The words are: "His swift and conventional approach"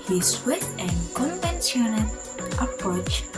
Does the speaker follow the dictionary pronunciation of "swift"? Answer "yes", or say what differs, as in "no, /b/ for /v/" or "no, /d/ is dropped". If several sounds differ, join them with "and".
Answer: no, /f/ is dropped